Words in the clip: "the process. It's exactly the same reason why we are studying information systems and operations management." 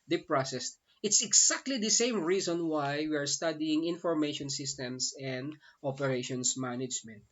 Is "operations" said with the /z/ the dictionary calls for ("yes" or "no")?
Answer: no